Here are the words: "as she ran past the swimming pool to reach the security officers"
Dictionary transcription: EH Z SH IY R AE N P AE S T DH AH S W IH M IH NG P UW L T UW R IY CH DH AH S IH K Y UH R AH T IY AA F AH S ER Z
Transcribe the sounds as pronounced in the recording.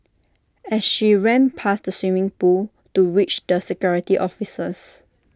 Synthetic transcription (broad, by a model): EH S SH IY R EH N P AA S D AH S W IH M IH NG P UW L T UW W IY CH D AH S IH K Y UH R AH T IY AA F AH S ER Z